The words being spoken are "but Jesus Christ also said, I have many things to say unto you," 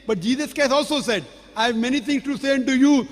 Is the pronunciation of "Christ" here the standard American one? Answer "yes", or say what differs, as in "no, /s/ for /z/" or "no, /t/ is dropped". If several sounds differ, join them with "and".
no, /ɹ/ is dropped